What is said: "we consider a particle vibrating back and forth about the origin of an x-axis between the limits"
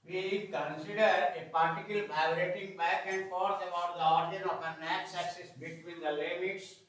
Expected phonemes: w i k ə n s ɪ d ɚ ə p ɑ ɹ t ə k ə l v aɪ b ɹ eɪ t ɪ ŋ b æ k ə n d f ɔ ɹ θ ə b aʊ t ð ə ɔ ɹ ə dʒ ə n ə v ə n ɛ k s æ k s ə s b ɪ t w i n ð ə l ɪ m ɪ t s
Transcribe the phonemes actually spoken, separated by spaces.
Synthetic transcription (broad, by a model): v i k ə n s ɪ d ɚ ə p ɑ ɹ t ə k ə l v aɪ ɹ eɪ t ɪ ŋ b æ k ə n d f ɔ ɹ t ə b aʊ t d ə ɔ ɹ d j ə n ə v ə n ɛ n s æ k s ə s b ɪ t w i n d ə l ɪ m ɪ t s